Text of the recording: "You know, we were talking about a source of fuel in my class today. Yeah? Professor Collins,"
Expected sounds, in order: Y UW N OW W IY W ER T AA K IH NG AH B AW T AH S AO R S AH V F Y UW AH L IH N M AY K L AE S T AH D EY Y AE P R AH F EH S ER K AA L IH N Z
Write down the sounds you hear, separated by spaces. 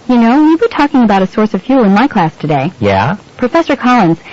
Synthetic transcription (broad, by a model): Y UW N OW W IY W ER T AA K IH NG AH B AW T AH S AO R S AH V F Y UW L IH N M AY K L AE S T AH D EY Y AE P R AH F EH S ER K AA L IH N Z